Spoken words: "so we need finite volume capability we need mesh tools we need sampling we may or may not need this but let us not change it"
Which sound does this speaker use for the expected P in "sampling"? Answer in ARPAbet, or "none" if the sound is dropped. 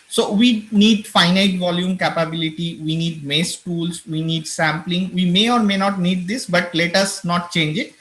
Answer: P